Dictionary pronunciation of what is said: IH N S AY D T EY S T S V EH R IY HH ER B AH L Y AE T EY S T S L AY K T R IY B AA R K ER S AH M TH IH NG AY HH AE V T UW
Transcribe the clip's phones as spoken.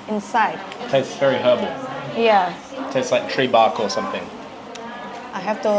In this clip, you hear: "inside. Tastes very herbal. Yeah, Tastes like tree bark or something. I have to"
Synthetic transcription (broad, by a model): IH N S AY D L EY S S V EH R IY HH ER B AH L Y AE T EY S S L AY K T R IY B AA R K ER S AH M TH IH NG AY HH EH F T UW